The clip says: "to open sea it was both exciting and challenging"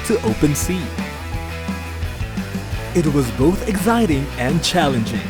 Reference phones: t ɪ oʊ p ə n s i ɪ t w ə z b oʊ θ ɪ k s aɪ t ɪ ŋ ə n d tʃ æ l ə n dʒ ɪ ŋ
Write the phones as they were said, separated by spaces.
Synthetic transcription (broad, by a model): t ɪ oʊ p ə n s i ɪ t w ə z b oʊ θ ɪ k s aɪ t ɪ ŋ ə n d tʃ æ l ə n dʒ ɪ ŋ